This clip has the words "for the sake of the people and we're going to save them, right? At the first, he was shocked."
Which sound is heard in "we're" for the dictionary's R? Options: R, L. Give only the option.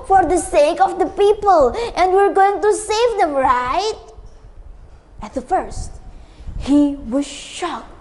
R